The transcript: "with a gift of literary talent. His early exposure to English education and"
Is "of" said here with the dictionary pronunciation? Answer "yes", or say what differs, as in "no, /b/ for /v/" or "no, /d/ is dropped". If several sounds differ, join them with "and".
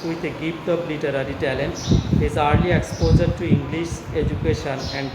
no, /p/ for /v/